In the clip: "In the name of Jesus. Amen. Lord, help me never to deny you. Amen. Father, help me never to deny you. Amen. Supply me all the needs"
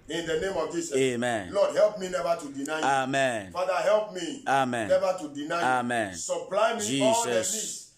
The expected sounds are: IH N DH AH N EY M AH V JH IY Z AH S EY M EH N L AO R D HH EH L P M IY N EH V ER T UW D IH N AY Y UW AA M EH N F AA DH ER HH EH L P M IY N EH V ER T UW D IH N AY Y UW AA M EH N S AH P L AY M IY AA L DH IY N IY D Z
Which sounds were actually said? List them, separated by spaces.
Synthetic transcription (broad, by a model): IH N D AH N EY M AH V JH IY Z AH EY M EH N L AO D HH EH L P M IY N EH V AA T UW D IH N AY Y AA M EH N F AA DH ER HH EH L P M IY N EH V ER T UW D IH N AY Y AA M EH N S AH P L AY M IY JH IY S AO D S